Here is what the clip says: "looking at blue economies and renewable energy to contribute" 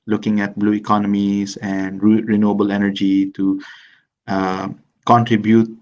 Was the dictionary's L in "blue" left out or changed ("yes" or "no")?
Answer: no